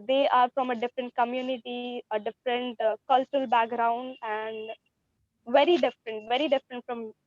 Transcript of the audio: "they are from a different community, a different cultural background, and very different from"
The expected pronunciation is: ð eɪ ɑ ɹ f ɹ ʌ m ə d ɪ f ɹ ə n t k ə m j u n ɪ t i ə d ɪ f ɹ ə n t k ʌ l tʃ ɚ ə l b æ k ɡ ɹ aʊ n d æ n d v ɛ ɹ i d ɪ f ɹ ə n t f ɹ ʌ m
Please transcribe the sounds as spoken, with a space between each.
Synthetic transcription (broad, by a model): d eɪ ɑ ɹ f ɹ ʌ m ə d ɪ f ɹ ə n t k ə m j u n ɪ t i ə d ɪ f ɹ ə n t k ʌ l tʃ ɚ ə l b æ k ɡ ɹ aʊ n d æ n d v ɛ ɹ i d ɪ f ɹ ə n t f ɹ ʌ m